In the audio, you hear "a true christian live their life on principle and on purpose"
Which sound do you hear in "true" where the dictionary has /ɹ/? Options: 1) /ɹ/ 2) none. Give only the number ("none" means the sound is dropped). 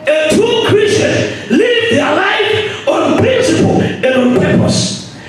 2